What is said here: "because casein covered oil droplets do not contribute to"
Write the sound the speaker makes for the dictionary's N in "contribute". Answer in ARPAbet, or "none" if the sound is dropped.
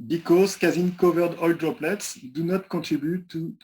none